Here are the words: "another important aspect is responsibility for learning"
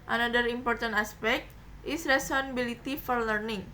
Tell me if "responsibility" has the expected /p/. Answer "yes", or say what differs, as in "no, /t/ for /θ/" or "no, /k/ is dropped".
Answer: no, /p/ is dropped